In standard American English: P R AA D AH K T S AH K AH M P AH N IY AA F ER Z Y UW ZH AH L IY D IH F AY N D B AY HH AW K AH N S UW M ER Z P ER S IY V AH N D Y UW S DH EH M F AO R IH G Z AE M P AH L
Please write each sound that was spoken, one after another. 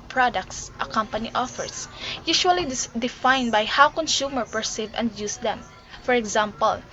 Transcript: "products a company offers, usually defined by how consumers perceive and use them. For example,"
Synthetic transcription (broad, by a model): P R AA D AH K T S AH K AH M P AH N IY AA F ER S Y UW SH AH L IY D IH F AY N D B AY HH AW K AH N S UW M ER P ER S IY V AH N D Y UW S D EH M F AO R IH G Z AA M P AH L